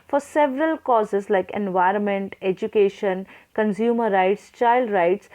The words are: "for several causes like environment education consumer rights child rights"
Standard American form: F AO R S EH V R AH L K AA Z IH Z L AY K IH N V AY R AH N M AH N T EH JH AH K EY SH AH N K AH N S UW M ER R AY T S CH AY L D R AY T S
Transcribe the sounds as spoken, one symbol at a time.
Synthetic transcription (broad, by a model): F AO R S EH V R AH L K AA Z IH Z L AY K IH N V AY R AH N M AH N T EH JH AH K EY SH AH N K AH N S UW M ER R AY T S CH AY L D R AY T S